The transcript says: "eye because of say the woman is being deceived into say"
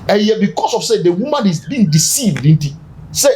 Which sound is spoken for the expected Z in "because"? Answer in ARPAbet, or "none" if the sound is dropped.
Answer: S